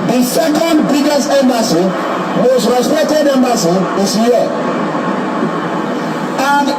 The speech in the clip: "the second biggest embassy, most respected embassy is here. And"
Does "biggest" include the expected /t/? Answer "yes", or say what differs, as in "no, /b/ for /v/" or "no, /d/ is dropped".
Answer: no, /t/ is dropped